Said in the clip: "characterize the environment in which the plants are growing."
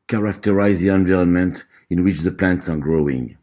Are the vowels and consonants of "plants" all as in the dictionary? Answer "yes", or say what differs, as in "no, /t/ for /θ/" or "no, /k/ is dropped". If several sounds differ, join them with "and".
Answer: yes